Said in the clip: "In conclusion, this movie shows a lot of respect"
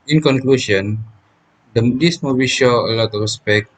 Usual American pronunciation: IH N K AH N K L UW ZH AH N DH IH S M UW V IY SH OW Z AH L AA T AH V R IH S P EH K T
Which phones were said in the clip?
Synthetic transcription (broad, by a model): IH N K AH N K L UW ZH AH N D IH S M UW B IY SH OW AH L AA T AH F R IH S P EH K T